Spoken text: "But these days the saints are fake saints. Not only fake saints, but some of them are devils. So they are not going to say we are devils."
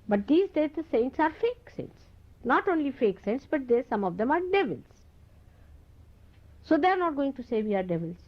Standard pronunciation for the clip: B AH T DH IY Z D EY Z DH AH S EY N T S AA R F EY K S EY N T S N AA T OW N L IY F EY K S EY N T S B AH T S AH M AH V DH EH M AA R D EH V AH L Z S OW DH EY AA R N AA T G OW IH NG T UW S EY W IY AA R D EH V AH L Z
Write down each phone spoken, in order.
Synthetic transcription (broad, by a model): B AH T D IY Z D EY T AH S EY N T S AA R F EY K S EY N T S N AA T OW N L IY F EY K S EY N T S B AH T S AH M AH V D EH M AA R D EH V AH L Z S OW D EY AA R N AA T G OW IH NG T UW S EY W IY AA R D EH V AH L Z